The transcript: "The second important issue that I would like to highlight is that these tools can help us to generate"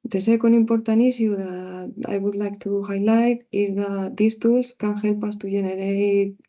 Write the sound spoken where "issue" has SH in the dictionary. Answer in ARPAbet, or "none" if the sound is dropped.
S